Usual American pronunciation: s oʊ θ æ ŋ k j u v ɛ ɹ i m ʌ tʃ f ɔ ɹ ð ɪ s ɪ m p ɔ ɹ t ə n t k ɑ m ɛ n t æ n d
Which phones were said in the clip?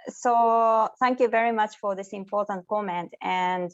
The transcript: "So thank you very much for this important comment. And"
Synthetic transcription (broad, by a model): s oʊ θ æ ŋ k j u v ɛ ɹ i m ʌ tʃ f ɔ ɹ ð ɪ s ɪ m p ɔ ɹ t ə n t k ɑ m ɛ n t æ n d